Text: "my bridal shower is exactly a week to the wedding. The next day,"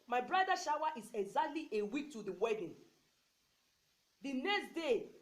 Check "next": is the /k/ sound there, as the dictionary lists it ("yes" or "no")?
yes